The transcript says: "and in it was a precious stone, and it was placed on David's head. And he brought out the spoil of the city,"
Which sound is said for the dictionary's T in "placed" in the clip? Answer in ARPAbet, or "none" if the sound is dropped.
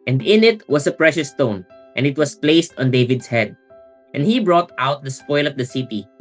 T